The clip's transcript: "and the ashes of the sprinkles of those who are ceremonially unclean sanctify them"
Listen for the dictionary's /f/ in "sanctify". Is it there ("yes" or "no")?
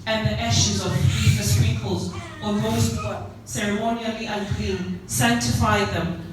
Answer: yes